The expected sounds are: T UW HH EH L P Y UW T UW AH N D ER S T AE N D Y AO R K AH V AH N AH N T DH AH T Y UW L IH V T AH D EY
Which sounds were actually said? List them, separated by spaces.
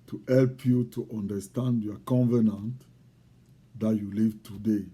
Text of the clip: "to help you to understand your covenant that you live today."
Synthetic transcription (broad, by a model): T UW HH EH L P Y UW T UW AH N D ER S T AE N D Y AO K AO V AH N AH N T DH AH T Y UW L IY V T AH D EY